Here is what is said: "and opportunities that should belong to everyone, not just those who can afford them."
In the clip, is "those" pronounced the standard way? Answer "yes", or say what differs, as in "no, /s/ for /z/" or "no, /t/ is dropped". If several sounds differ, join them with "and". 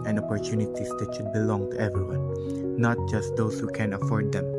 no, /s/ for /z/